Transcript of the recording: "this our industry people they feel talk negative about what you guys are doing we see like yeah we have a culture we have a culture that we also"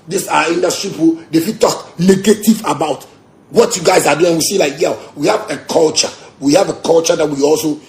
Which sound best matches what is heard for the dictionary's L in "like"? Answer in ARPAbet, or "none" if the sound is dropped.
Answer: L